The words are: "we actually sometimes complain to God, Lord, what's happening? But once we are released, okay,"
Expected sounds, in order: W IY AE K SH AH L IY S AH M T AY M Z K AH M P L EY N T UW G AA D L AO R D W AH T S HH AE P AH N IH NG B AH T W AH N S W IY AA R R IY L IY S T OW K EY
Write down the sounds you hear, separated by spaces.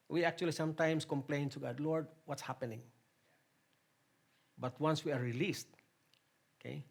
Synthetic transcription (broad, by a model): W IY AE K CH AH L IY S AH M T AY M S K AH M P L EY N T UW G AA D L AO R D W AH T S HH AE P AH N IH NG B AH T W AH N S W IY AA R R IY L IY S T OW K EY